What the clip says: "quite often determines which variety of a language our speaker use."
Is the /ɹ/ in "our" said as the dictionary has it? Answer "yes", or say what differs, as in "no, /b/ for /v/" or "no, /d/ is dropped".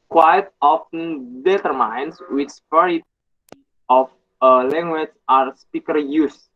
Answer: yes